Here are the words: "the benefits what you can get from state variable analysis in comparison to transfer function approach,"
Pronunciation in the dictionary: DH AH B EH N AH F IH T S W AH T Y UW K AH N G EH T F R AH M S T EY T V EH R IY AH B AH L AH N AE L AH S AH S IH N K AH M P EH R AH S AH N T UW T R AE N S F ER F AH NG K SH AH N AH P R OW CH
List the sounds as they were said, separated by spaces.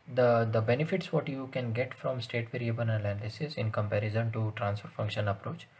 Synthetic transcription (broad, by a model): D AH B EH N AH F IH T S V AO T Y UW K AH N G EH T F R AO M S T EY T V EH R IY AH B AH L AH L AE N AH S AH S IH N K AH M P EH R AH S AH N T UW T R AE N S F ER F AH NG K SH AH N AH P R OW CH